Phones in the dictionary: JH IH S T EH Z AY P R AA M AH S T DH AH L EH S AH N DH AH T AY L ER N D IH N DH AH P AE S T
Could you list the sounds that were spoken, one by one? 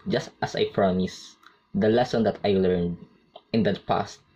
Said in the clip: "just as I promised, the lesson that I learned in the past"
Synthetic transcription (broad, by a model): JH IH S T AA S AY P R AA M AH S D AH L EH S AH N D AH T AY L ER N D IH N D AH P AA S T